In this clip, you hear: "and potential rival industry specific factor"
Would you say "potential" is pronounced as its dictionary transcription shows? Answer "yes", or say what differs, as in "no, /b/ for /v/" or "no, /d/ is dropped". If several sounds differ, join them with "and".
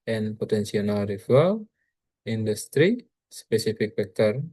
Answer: no, /s/ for /ʃ/ and /n/ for /l/